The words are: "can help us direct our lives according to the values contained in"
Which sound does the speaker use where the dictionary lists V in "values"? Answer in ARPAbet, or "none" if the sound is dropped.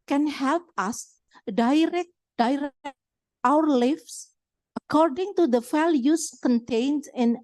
F